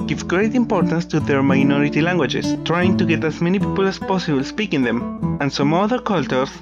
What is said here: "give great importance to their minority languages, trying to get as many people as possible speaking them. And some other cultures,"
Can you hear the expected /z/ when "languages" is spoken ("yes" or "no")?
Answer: no